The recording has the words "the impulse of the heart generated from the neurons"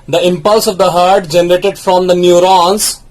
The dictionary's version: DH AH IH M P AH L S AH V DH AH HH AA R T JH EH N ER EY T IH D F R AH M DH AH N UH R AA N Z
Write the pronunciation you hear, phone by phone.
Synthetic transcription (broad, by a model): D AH IH M P AH L S AH V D AH HH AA R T JH EH N ER EY T IH D F R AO M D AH N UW R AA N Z